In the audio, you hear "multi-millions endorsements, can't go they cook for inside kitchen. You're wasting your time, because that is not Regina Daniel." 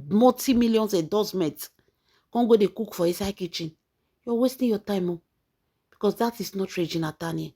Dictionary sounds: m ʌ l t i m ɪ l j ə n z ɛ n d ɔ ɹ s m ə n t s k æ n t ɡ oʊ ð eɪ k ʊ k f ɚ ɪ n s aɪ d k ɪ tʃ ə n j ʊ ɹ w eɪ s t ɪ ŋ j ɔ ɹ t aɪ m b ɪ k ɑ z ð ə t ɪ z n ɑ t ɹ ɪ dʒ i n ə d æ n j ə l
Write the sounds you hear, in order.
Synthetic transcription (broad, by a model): m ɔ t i m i l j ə n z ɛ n d ɔ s m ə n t k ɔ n ɡ oʊ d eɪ k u k f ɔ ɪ s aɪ k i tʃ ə n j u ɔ w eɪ s t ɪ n j ɔ t aɪ m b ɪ k ɑ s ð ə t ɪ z n ɑ t ɹ ɪ dʒ i n ə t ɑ n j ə